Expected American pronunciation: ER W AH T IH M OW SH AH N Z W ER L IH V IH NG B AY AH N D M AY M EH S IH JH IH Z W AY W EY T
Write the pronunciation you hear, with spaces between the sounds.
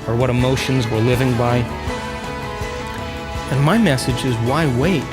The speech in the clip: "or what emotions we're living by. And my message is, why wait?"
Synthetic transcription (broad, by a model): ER W AH T IH M OW SH AH N Z W ER L IH V IH NG B AY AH N M AY M EH S IH JH IH Z W AY W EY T